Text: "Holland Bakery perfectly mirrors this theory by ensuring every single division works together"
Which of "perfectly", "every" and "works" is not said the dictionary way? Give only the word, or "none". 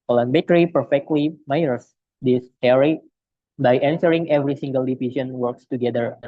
none